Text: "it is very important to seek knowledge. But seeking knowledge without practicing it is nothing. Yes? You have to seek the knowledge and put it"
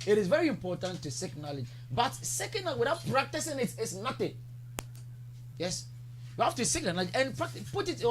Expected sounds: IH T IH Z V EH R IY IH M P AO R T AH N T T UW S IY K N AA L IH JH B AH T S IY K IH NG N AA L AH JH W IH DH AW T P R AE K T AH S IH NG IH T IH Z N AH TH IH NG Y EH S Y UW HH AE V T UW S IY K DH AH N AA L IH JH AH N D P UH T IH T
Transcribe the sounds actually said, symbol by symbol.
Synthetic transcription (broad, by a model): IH T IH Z V EH R IY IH M P AO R T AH N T T UW S IY K N AA L IH JH B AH T S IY K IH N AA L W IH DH AW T P R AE K T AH S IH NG IH T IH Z N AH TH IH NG Y EH S Y UW HH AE F T UW S IY K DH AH N AA L IH JH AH N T P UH T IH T